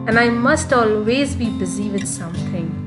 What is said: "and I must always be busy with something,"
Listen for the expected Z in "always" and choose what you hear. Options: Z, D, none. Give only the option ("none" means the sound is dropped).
Z